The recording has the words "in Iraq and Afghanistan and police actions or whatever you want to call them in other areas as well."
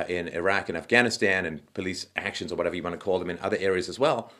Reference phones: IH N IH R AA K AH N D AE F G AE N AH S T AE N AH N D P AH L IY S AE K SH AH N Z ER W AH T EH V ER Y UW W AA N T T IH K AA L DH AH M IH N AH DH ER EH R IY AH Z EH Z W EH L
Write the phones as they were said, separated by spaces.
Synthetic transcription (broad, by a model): IH N IH R AA K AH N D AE F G AE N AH S T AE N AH N P AH L IY S AE K SH AH N Z ER W AH T EH V ER Y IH W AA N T T IH K AA L DH AH M IH N AH DH ER EH R IY AH Z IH Z W EH L